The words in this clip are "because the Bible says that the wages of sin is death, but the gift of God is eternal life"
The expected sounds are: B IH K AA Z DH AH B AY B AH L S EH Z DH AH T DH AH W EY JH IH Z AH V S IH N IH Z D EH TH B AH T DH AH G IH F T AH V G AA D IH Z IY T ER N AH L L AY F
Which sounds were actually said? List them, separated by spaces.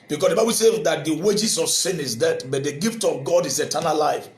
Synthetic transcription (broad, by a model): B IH K AA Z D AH B AY B AH L S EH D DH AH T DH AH W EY JH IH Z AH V S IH N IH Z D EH T B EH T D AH G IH F T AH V G AA D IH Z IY T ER N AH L L AY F